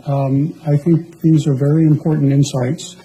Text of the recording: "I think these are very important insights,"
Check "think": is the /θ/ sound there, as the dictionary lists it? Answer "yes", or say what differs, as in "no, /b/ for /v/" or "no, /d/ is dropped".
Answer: yes